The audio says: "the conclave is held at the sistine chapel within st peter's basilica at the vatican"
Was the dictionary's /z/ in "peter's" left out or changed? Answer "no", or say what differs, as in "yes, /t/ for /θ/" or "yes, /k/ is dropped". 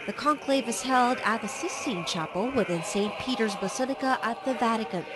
no